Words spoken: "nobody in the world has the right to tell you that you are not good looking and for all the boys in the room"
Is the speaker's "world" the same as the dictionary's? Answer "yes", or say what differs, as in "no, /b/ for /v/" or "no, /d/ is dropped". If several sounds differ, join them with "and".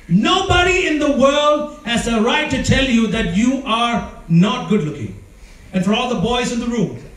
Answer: yes